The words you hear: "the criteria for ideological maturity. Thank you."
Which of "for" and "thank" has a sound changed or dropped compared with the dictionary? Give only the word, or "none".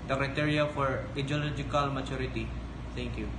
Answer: thank